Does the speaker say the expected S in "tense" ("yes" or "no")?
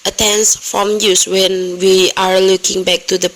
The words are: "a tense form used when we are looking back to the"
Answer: yes